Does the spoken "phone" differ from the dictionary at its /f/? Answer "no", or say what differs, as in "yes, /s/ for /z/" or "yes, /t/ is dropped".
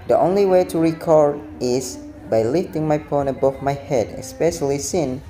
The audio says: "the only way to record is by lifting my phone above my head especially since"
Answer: yes, /p/ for /f/